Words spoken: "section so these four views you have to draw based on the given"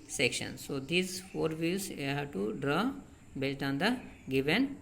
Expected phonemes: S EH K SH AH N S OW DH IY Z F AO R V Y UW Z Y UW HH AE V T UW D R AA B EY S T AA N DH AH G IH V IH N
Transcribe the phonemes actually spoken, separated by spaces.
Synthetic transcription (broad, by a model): S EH K SH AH N S OW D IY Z F AO R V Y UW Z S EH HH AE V T UW D R AA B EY T AA N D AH G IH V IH N